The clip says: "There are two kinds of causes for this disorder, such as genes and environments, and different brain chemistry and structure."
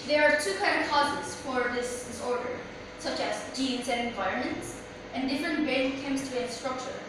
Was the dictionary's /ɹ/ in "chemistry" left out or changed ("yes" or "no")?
yes